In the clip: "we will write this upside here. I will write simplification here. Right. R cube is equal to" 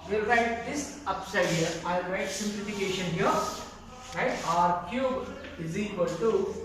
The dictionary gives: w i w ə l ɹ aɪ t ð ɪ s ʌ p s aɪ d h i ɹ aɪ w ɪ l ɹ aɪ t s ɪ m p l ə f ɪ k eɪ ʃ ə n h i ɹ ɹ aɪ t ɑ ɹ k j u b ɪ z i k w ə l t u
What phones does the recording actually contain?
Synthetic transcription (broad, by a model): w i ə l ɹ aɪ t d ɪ s ʌ p s aɪ d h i ɹ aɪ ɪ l ɹ aɪ t s ɪ m p l ə f ɪ k eɪ ʃ ə n h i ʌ ɹ aɪ t ɑ ɹ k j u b ɪ z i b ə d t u